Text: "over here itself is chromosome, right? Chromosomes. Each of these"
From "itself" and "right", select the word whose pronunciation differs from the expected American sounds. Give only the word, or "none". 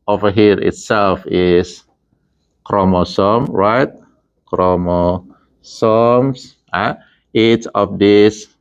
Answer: none